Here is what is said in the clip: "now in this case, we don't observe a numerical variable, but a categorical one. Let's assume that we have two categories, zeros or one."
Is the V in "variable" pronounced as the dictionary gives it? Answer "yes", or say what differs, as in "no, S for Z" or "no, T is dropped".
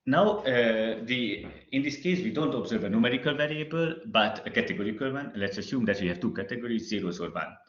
yes